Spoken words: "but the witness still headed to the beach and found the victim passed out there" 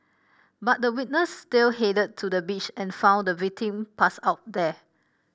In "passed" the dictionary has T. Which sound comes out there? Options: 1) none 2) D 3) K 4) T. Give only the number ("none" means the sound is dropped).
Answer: 1